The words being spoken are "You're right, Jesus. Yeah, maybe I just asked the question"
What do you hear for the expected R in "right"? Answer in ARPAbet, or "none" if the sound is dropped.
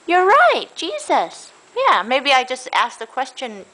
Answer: R